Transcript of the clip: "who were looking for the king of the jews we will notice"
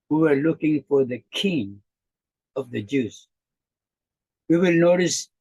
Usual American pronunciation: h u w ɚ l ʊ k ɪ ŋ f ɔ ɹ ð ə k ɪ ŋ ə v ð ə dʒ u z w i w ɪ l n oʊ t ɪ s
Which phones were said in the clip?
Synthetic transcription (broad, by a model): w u w ɚ l ʊ k ɪ ŋ f ɔ ɹ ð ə k ɪ ŋ ə v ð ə dʒ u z w i w ɪ l n oʊ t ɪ s